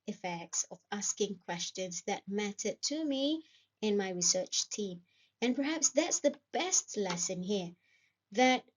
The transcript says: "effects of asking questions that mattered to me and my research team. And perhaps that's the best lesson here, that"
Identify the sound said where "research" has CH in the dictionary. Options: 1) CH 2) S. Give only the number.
1